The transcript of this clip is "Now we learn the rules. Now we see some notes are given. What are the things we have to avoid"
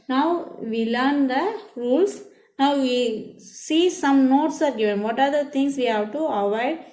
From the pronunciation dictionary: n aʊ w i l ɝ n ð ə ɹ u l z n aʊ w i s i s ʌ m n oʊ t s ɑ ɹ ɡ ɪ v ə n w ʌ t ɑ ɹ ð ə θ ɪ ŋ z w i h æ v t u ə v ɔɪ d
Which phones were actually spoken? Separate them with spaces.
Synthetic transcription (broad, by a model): n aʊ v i l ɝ n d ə ɹ u l s n aʊ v i s i s ʌ m n oʊ t s ɑ ɹ ɡ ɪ v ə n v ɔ t ɑ ɹ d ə t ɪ ŋ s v i h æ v t u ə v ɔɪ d